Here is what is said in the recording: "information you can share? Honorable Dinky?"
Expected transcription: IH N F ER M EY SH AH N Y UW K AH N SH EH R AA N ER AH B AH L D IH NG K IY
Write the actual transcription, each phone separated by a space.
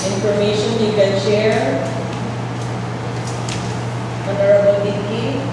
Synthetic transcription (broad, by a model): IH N F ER M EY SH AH N Y UW K AH N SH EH R AA N ER AH B AH L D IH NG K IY